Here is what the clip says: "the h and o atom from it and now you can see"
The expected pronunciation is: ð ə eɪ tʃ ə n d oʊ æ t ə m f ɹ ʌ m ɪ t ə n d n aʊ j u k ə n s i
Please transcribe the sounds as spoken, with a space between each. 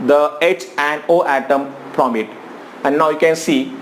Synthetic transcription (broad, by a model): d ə eɪ tʃ ə n d oʊ æ t ə m p ɹ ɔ m ɪ t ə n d n aʊ j u k ə n s i